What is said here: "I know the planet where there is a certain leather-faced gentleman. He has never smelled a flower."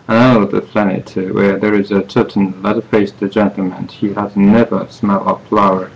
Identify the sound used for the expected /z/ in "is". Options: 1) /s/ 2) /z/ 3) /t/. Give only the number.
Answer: 2